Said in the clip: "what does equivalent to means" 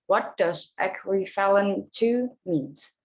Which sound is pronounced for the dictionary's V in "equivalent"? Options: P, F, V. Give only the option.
F